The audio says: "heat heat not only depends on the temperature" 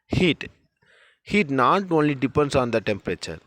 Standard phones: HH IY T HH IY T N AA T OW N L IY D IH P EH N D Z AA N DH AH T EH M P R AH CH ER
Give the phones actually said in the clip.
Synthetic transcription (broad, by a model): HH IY T HH IY T N AA T OW N L IY D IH P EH N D S AA N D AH T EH M P R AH CH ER